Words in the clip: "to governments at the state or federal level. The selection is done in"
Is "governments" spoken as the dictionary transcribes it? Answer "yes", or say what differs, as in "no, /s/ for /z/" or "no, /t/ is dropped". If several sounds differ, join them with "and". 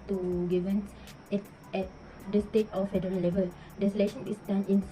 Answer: no, /n/ is dropped and /s/ is dropped